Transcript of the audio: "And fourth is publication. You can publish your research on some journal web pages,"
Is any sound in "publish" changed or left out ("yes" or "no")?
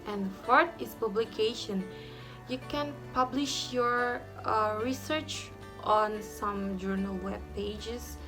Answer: no